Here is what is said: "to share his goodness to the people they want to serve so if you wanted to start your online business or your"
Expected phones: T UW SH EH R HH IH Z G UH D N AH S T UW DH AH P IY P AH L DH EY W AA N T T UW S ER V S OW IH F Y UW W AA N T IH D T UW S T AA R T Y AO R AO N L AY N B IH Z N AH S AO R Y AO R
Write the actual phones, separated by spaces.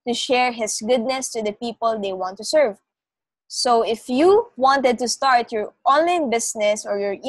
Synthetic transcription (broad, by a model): T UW SH EH R HH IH S G UH D N AH S T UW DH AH P IY P AH L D EY W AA N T T UW S ER V S OW IH F Y UW W AA N T IH D T UW S T AA R T Y AO R AO N L AY N B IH S N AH S AO R Y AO R